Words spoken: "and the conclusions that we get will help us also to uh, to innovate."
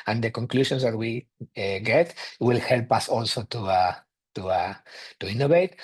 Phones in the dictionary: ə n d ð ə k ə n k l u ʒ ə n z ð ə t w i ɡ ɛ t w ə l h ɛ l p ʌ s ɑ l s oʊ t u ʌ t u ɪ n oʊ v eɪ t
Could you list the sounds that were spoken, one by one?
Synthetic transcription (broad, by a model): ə n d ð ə k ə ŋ k l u ʃ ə n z ð ə t w i ɡ ɛ t w ə l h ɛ l p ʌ s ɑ l s oʊ t u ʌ t u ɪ n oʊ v eɪ t